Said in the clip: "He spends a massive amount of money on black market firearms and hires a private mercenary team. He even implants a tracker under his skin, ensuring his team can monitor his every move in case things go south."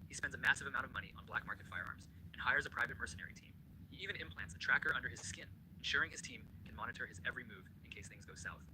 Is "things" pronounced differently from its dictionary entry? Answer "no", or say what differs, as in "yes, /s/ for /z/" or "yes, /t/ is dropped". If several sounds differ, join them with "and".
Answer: no